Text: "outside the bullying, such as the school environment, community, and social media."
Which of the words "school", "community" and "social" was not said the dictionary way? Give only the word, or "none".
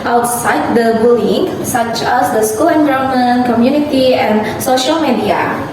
none